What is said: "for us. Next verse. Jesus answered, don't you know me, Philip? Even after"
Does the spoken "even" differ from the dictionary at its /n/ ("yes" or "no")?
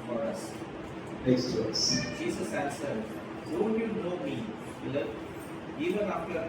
no